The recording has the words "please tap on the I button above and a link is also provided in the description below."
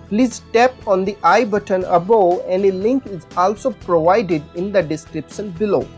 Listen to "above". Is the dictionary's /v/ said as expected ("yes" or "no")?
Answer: no